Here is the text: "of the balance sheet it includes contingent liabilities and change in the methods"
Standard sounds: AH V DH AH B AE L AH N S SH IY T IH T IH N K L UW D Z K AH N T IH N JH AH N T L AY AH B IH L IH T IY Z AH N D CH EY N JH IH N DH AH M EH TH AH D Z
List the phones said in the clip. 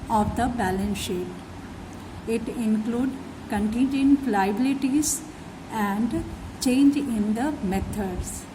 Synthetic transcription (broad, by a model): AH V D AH B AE L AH N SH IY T IH T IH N K L UW D K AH N T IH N JH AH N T L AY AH B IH L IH T IY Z AH N D CH EY N JH IH N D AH M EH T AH D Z